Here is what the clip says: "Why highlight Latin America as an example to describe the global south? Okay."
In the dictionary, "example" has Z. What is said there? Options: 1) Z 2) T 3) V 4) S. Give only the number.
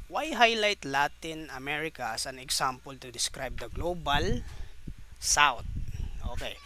4